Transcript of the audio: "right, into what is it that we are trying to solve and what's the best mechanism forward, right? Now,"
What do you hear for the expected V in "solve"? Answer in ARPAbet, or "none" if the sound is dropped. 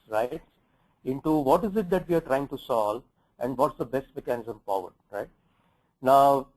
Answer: none